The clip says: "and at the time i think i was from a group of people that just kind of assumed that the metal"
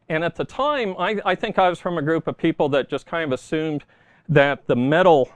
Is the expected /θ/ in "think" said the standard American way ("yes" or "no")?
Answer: yes